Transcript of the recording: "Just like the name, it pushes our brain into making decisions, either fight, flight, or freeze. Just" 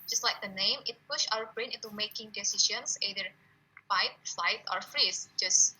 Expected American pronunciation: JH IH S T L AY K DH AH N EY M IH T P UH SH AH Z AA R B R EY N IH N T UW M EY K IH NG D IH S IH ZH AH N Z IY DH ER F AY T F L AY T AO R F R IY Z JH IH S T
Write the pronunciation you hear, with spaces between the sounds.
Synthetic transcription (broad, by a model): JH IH S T L AY K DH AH N EY M IH T P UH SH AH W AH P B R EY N IH N T UW M EY K IH NG D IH S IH SH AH N S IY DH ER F AY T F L AY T AO R F R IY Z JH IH S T